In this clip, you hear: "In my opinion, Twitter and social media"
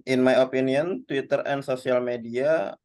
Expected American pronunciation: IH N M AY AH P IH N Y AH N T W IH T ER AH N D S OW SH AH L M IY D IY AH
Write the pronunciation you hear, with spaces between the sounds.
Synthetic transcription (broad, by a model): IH N M AY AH P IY N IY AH N T W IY T ER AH N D S OW S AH L M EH D IY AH